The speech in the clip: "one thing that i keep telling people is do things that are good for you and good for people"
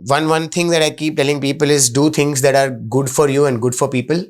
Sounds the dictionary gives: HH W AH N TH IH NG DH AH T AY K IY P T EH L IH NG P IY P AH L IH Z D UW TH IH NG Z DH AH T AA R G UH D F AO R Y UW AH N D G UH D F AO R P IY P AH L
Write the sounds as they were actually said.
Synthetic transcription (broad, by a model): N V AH N T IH NG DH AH T AY K IY P T EH L IH NG P IY P AH L IH Z D UW T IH NG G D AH T AA R G UH D F AO R Y UW AH N D G UH D F AO R P IY P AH L